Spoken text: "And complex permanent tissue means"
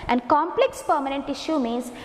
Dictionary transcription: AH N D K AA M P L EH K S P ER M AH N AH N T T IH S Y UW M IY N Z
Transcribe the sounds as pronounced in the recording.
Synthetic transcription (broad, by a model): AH N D K AA M P L EH K S P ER M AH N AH N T T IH SH Y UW M IY N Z